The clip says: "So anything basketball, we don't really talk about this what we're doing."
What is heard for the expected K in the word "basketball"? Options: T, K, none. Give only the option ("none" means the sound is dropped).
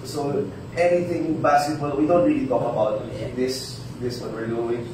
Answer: none